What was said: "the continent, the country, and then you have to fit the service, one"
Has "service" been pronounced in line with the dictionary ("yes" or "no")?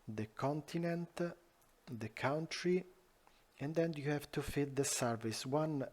yes